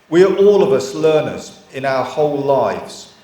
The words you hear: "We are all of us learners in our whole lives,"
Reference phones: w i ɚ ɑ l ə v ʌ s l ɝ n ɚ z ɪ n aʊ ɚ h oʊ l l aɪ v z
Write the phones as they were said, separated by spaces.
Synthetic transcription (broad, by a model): w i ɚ ɑ l ə v ʌ s l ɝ n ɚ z ɪ n aʊ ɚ h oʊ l l aɪ v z